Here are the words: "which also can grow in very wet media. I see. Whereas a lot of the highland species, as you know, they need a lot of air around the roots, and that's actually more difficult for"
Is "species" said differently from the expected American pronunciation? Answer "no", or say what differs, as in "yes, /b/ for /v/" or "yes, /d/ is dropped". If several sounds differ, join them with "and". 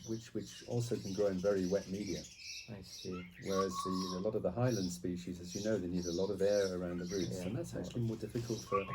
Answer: no